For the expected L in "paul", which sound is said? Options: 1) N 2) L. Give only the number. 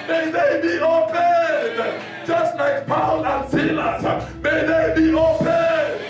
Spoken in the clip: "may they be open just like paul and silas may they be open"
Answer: 1